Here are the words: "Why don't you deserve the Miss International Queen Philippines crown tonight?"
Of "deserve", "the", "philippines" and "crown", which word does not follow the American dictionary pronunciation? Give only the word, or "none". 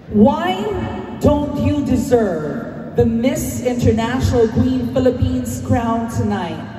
none